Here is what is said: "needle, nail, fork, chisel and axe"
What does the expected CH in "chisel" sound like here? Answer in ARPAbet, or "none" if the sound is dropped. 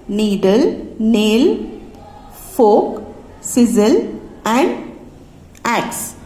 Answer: S